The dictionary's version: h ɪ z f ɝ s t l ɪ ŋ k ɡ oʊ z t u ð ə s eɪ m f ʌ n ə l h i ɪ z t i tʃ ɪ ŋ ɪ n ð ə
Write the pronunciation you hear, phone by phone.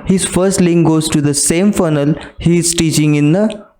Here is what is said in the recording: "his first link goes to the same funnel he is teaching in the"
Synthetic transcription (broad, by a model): h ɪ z f ɝ s t l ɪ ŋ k ɡ oʊ z t u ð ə s eɪ m f ʌ n ə l h i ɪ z t i tʃ ɪ ŋ ɪ n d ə